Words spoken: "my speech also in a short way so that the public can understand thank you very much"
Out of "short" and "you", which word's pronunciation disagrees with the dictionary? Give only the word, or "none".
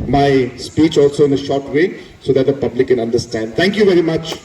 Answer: none